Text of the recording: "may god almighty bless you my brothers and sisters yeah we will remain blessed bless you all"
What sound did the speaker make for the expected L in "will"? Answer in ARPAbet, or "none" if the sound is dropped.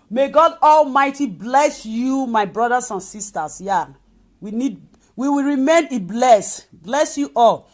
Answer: W